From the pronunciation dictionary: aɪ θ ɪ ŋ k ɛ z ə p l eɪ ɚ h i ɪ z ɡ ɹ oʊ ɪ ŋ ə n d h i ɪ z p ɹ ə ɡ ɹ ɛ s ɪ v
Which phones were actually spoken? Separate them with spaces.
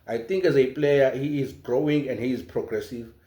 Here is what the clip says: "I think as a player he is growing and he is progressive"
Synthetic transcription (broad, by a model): aɪ t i ŋ k ɛ z ə p l eɪ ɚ h i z ɡ ɹ oʊ ɪ ŋ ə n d h i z p ɹ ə ɡ ɹ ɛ s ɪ v